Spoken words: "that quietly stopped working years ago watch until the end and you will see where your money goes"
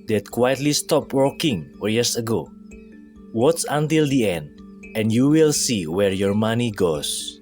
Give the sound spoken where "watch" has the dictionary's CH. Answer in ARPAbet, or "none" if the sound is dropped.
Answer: S